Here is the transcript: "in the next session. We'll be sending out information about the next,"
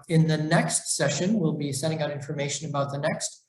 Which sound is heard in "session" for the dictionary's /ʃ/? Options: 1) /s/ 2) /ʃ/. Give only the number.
2